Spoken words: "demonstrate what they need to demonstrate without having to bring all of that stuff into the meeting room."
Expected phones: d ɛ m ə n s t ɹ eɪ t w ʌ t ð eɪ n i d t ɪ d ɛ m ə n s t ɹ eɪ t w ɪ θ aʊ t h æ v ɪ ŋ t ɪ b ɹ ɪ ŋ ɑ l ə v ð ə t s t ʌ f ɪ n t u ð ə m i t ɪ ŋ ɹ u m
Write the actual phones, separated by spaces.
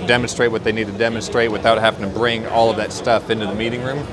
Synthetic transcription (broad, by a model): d ɛ m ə n s t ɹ eɪ t w ʌ t ð eɪ n i d t ɪ d ɛ m ə n s t ɹ eɪ t w ɪ θ aʊ t h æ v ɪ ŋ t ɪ b ɹ ɪ ŋ ɑ l ə v ð ə t s t ʌ f ɪ n t u ð ə m i t ɪ ŋ ɹ u m